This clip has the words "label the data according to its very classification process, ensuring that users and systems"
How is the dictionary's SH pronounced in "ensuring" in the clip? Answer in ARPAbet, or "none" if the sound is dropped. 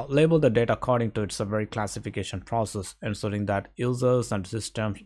S